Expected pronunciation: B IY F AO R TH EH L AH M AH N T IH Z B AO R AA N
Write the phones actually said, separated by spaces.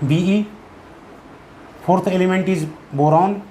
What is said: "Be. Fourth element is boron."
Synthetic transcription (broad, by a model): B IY P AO R T EH L AH M AH N T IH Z B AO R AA N